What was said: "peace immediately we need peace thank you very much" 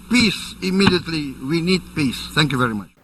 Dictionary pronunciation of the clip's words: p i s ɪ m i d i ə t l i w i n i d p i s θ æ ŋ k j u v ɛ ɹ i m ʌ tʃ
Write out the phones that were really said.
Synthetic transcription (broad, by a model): p i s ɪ m i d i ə t l i w i n i d p i s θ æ ŋ k j u v ɛ ɹ i m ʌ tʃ